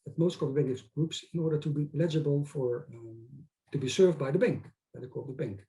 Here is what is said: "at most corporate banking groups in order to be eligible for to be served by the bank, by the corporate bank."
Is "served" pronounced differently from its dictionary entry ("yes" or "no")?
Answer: no